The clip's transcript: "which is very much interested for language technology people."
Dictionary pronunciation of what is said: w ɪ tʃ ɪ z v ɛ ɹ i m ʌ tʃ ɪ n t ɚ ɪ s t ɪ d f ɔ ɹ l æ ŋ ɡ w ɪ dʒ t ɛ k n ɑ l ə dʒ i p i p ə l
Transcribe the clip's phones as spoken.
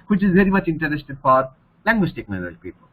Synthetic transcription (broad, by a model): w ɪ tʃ ɪ z v ɛ ɹ i m ʌ tʃ ɪ n t ɚ ɪ s t ɪ d f ɔ ɹ l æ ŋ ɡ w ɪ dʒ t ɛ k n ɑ ə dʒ p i p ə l